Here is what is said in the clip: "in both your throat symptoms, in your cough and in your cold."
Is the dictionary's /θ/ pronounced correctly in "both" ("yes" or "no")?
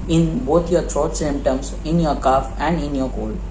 no